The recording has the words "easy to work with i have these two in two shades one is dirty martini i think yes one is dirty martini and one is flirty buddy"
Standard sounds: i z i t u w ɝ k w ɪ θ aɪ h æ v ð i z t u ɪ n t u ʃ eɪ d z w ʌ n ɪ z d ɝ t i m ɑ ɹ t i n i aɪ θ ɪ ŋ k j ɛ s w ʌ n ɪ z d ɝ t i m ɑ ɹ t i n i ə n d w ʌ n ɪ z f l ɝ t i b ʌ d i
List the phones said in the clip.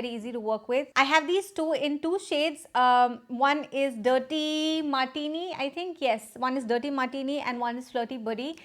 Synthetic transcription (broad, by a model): i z i t u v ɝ k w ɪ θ aɪ h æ v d i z t u ɪ n t u ʃ eɪ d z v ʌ n ɪ z d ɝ t i m ɑ ɹ t i n i aɪ t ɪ ŋ k j ɛ s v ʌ n ɪ z d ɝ t i m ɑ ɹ t i n i ə n d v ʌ n ɪ z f l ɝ t i b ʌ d i